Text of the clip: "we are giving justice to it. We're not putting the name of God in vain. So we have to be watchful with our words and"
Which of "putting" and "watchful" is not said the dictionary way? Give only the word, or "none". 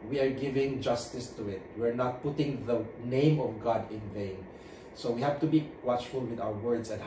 none